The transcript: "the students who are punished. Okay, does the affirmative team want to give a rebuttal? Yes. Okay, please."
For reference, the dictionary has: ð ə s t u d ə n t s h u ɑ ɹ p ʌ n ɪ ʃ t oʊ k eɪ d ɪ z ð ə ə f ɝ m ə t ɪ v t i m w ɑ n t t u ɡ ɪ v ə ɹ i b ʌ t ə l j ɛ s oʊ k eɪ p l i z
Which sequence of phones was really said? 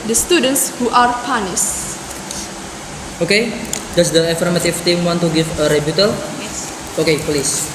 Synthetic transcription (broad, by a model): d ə s t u d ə n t s h u ɑ ɹ p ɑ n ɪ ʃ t oʊ k eɪ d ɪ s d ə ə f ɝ m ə t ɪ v t i m w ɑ n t t u ɡ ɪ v ə ɹ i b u t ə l oʊ k eɪ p l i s